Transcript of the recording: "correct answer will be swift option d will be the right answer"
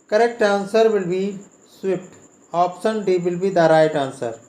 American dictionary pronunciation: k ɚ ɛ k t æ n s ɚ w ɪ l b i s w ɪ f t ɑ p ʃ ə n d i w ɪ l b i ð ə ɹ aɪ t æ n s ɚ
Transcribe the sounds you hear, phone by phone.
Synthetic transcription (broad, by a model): k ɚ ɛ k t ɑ n s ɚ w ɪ l b i s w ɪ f t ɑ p s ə n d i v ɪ l b i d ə ɹ aɪ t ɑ n s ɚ